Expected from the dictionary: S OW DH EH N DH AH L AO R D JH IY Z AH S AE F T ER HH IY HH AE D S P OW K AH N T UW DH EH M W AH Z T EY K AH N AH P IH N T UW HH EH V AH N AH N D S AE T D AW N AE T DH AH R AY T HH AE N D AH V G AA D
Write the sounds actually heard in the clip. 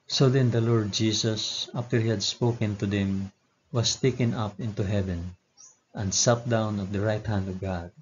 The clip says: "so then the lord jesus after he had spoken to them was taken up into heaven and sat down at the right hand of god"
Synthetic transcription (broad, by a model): S OW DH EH N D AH L AO R D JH IY S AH S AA F T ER HH IY HH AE D S P OW K AH N T UW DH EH M W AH S T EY K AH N AH P IH N T UW HH EH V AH N AH N D S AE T D AW N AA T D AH R AY T HH AE N D AH V G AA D